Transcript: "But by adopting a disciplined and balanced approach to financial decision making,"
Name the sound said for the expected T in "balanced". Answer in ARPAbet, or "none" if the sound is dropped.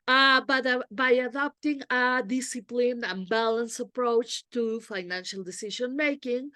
none